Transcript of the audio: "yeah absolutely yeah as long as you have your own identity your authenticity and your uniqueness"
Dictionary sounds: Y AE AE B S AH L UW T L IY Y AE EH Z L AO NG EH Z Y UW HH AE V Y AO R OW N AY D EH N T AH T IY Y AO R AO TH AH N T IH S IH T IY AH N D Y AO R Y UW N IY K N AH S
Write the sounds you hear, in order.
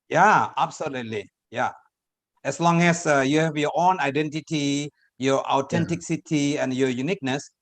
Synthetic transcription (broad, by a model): Y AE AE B S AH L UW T L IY Y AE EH S L AO NG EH S Y UW HH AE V Y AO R OW N AY D EH N T AH T IY Y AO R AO T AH N T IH S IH T IY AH N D Y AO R Y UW N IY K N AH S